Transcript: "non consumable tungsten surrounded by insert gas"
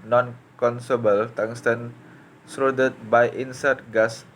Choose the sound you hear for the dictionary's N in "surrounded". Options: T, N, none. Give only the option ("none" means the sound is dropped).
none